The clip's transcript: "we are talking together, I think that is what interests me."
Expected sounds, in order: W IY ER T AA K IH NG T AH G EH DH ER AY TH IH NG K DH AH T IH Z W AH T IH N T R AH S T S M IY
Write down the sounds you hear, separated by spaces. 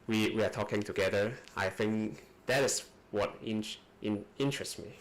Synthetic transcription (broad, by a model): W IY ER T AA K IH NG T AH G EH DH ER AY TH IH NG K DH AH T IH S W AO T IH N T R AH S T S M IY